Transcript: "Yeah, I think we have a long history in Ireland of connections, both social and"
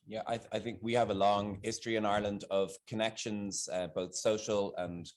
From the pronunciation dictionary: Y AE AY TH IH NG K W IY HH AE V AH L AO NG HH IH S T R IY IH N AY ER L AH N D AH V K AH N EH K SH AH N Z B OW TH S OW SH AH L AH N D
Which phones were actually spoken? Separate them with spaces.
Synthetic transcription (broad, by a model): Y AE AY TH IH NG K W IY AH V AH L AO NG HH IH S T R IY IH N AY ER L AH N D AH V K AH N EH K SH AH N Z B OW TH S OW SH AH L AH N